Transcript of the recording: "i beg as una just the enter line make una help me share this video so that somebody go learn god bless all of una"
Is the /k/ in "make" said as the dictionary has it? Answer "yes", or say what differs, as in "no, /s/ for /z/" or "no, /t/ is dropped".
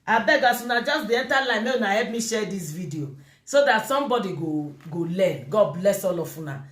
no, /k/ is dropped